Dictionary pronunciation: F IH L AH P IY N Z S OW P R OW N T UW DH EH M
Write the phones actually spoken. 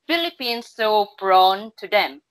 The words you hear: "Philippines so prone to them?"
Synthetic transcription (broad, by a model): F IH L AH P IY N S OW B R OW N T UW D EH M